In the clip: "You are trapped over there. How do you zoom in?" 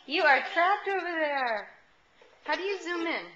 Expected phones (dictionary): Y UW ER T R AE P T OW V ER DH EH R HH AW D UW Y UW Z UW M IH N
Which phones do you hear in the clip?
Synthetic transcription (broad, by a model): Y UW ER T R AE P T OW V ER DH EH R HH AW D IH Y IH Z UW M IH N